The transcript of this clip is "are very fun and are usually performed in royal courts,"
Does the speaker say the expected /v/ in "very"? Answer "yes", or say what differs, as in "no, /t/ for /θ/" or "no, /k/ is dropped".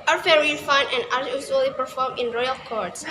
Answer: no, /f/ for /v/